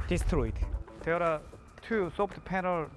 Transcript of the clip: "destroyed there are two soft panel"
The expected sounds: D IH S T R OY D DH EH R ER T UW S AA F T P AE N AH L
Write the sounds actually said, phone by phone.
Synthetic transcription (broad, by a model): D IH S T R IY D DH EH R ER T UW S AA P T P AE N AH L